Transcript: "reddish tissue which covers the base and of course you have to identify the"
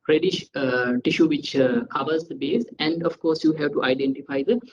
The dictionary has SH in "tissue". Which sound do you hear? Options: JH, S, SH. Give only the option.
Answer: SH